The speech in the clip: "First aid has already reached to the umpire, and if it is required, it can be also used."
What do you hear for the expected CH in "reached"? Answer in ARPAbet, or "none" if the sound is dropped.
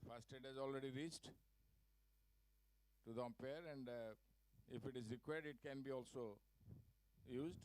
S